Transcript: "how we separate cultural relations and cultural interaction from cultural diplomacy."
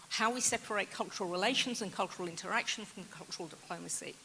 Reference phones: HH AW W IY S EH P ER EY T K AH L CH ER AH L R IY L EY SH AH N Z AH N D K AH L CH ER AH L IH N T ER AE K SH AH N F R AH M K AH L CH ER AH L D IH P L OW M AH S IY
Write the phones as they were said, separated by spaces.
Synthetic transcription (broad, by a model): HH AW W IY S EH P ER EY T K AH L CH ER AH L R IY L EY SH AH N Z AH N K AH L CH ER AH L IH N T ER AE K SH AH N F R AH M K AH L CH ER AH L D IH P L OW M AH S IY